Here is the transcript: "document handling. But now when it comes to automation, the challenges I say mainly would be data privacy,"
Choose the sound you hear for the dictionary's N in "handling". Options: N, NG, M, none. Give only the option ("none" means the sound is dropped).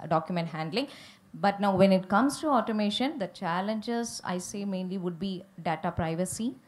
N